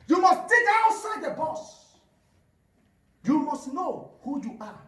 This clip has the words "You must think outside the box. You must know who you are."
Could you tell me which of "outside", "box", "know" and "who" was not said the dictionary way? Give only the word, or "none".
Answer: box